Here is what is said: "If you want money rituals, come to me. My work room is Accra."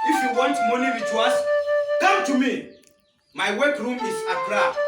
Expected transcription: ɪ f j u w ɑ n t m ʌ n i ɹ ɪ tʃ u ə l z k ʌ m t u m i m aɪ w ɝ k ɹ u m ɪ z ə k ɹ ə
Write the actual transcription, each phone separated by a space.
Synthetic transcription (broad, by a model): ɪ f j u w ɑ n t m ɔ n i w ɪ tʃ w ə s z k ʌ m t u m i m aɪ w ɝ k ɹ u m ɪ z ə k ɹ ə